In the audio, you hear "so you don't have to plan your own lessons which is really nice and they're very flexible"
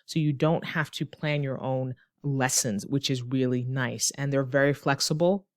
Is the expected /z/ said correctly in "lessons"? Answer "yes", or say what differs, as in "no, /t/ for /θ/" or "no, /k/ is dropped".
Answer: yes